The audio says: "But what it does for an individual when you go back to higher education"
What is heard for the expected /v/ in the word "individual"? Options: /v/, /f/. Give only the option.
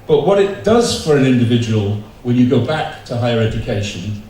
/v/